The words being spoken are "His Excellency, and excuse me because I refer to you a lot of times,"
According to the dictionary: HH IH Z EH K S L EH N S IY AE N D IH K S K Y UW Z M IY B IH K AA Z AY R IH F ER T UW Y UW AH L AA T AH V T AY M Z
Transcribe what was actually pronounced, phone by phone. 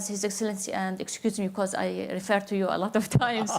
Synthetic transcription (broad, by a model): HH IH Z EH K S L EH N S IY AE N D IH K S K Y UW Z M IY B IH K AA Z AY R IH F ER T UW Y UW AH L AA T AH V T AY M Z